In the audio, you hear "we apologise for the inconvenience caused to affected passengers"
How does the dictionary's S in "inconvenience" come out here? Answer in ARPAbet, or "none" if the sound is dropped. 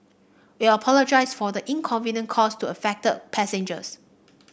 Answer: none